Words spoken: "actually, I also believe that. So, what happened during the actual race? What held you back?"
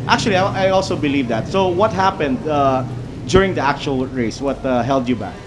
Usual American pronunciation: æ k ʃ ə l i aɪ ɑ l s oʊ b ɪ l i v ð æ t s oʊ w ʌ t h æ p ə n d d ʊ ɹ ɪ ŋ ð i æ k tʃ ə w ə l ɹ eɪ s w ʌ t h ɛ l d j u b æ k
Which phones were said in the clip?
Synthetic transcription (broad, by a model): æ k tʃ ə l i aɪ ɑ l s oʊ b ɪ l i v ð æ t s oʊ w ʌ t h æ p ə n d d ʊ ɹ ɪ ŋ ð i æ k tʃ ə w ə l ɹ eɪ s w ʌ t h ɛ l d j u b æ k